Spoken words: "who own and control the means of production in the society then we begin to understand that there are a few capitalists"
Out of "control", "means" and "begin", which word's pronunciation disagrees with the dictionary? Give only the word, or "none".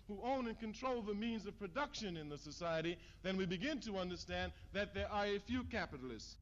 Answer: none